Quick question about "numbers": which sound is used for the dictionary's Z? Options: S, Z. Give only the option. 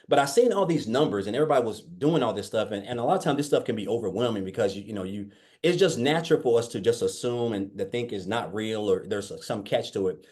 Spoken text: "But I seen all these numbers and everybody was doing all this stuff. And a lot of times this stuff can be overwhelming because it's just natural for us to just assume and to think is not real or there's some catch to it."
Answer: Z